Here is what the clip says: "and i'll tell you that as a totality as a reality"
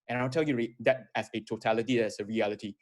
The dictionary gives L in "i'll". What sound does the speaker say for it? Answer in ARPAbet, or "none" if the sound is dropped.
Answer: W